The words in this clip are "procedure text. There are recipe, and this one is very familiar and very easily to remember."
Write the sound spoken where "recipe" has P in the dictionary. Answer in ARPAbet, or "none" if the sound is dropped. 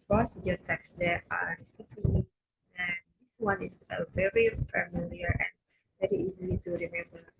none